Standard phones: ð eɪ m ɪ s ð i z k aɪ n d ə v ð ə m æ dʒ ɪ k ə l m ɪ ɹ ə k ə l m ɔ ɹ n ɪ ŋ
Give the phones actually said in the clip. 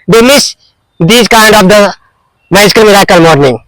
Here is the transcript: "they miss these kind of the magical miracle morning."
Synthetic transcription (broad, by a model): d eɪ m ɪ s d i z k aɪ n d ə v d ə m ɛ ɪ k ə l m ɪ ɹ ə k ə l m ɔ ɹ n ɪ ŋ